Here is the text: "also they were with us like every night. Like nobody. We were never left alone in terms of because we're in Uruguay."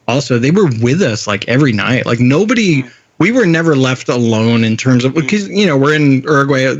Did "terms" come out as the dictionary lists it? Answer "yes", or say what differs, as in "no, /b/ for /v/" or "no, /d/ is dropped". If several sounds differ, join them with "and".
yes